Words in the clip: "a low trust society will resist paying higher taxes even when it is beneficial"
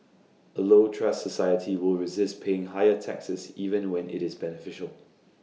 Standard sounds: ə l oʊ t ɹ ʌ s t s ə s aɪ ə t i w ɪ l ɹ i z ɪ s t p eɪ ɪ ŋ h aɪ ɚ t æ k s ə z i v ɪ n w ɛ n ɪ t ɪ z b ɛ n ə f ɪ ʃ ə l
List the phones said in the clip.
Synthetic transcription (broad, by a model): ə l oʊ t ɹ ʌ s s ə s aɪ ə t i w ɪ l ɹ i z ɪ s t p eɪ ɪ ŋ h aɪ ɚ t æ k s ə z i v ɪ n w ɛ n ɪ t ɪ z b ɛ n ə f ɪ ʃ ə l